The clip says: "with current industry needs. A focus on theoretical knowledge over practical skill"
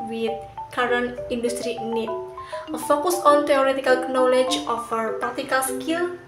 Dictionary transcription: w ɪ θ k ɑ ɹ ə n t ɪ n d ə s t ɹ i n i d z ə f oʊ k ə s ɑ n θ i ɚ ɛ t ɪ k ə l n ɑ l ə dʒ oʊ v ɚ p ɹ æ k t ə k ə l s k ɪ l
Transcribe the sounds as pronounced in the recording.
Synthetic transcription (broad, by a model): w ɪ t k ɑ ɹ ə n ɪ n d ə s t ɹ i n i ə f oʊ k ə s ɑ n t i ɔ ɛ t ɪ k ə l n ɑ l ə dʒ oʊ f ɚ p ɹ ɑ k t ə k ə l s k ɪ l